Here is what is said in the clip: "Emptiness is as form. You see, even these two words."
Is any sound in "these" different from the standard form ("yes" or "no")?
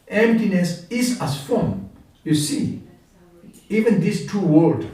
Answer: yes